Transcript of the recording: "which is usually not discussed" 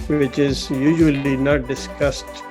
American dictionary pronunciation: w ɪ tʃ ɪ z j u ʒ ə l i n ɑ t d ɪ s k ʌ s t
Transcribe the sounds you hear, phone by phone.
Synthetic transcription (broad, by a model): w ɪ tʃ ɪ z j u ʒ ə l i n ɑ t d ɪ s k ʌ s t